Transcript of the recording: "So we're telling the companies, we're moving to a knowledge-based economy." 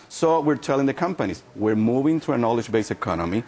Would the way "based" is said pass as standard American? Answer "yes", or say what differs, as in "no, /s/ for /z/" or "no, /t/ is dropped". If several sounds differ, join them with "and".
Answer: no, /t/ is dropped